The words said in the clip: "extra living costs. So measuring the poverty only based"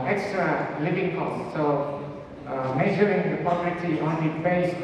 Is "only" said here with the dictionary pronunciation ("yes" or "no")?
no